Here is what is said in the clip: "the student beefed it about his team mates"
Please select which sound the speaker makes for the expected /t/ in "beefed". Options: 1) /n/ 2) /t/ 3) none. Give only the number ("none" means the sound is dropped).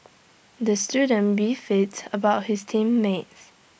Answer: 3